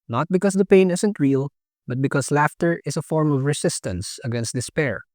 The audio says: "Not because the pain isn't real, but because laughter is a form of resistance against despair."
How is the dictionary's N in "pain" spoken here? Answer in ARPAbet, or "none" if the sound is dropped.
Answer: N